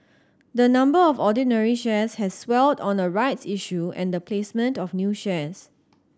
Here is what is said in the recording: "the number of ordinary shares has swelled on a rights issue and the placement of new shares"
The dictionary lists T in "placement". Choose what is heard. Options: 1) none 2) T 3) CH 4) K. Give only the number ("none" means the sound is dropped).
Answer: 2